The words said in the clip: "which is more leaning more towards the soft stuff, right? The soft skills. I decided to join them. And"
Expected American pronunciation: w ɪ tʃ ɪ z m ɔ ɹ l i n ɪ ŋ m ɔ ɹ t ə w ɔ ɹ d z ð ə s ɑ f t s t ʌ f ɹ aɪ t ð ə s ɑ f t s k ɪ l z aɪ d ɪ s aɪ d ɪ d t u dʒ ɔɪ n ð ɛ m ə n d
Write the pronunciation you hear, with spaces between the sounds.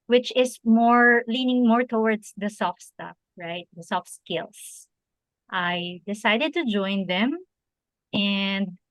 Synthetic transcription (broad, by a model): w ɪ tʃ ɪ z m ɔ ɹ l i n ɪ ŋ m ɔ ɹ t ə w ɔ ɹ d s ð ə s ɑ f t s t ʌ f ɹ aɪ t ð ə s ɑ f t s k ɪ l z aɪ d ɪ s aɪ d ɪ d t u dʒ ɔɪ n ð ɛ m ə n d